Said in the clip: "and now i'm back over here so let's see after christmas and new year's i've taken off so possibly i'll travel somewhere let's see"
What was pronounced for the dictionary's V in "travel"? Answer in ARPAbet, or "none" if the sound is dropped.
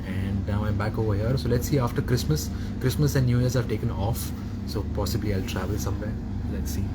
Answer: V